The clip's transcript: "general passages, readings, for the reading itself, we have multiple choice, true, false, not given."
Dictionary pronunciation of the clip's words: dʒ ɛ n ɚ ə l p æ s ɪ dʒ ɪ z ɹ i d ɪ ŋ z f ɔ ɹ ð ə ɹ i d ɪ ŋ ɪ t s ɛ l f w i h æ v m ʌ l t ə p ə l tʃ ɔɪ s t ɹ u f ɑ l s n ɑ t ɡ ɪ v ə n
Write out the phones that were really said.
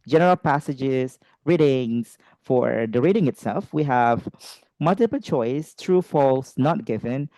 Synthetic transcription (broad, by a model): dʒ ɛ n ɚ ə l p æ s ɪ dʒ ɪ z ɹ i d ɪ ŋ s f ɔ ɹ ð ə ɹ i d ɪ ŋ ɪ t s ɛ l f w i h æ v m ʌ l t ə p ə l tʃ ɔɪ s t ɹ u f ɑ l s n ɑ t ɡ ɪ v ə n